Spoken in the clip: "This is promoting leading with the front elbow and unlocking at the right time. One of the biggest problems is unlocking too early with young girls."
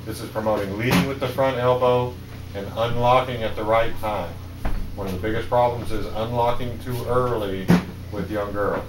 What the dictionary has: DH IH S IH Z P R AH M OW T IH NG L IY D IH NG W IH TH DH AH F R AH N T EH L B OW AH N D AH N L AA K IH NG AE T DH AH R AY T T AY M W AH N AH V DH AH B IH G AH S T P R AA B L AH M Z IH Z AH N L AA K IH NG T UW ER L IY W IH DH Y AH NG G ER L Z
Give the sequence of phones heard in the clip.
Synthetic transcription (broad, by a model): DH IH S IH Z P R AH M OW T IH NG L IY D IH NG W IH DH AH F R AH N T EH L B OW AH N AH N L AA K IH NG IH T DH AH R AY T T AY M W AH N AH V DH AH B IH G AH S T P R AA B L AH M Z IH Z AH N L AA K IH NG T UW ER L IY W IH DH Y AH NG G ER L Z